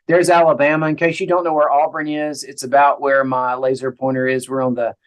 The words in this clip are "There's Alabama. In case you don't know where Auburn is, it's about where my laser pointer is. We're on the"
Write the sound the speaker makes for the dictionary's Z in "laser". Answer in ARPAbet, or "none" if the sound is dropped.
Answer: Z